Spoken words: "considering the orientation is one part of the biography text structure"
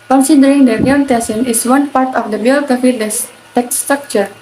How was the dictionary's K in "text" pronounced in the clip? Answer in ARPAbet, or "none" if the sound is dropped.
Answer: none